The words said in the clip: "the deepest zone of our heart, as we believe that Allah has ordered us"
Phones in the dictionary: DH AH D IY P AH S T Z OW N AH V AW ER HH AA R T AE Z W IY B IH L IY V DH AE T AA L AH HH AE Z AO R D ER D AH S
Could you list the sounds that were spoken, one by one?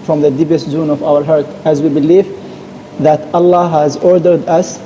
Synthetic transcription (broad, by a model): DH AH D IY P AH S T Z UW N AH V AW ER HH AA R T AE Z W IY B IH L IY V DH AE T AA L AH HH AE Z AO R D ER D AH S